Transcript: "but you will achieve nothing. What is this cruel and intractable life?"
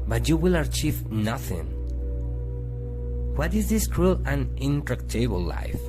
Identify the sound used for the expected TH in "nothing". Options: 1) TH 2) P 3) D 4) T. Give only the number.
1